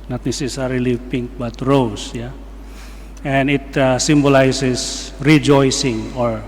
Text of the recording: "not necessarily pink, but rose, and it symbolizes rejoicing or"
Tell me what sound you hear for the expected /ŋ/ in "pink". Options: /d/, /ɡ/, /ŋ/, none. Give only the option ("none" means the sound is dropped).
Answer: /ŋ/